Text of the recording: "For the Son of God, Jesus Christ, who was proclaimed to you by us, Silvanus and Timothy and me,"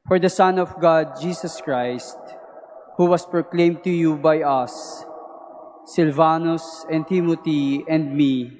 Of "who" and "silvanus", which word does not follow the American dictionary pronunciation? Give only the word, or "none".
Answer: none